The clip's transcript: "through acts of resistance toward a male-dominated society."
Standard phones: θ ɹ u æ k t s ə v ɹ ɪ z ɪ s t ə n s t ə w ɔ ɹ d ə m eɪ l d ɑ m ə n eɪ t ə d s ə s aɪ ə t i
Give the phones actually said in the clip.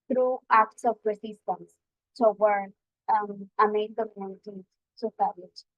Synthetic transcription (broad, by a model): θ ɹ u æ k t s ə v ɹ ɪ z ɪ s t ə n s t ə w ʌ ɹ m ə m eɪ n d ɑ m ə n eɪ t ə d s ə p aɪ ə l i